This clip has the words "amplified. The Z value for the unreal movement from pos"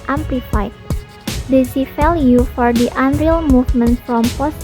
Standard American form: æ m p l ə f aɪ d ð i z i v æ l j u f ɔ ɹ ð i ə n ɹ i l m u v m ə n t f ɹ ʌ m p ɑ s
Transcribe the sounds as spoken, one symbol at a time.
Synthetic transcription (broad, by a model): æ m p l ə f aɪ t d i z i f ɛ l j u f ɔ ɹ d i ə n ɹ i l m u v m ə n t f ɹ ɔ m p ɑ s